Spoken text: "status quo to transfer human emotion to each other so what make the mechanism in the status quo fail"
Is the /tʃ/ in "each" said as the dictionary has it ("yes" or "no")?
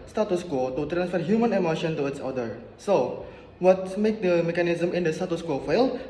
no